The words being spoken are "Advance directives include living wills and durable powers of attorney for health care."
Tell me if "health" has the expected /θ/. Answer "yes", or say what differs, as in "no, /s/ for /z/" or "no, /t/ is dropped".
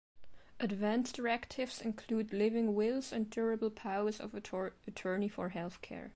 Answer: yes